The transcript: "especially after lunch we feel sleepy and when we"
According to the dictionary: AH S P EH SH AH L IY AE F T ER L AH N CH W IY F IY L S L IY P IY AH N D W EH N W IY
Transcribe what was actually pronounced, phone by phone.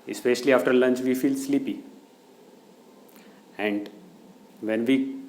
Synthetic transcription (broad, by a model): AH S P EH SH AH L IY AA F T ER L AH N CH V IY F IY L S L IY P IY AH N D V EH N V IY